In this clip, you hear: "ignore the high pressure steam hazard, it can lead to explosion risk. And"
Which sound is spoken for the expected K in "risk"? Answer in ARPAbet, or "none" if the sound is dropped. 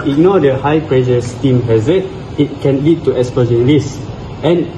none